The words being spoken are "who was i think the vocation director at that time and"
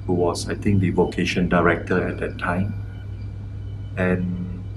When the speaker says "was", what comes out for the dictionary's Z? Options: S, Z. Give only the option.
S